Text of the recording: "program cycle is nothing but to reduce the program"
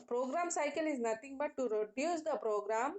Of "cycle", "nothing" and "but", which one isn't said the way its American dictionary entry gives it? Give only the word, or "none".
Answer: nothing